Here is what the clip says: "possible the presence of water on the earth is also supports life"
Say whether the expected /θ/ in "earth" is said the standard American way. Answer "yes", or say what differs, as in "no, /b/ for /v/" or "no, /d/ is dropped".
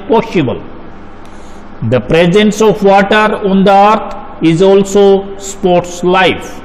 no, /t/ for /θ/